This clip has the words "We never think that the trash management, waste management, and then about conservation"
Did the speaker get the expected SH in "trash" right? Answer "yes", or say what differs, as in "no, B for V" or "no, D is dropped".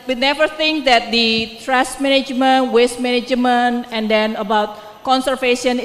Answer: no, S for SH